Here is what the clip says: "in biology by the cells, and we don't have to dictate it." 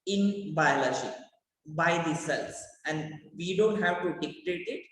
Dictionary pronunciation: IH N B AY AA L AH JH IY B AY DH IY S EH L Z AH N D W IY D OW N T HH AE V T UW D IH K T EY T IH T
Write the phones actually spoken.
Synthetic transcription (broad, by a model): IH N B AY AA L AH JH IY B AY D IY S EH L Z AH N D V IY D OW N T HH AE V T UW D IH K T EY T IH T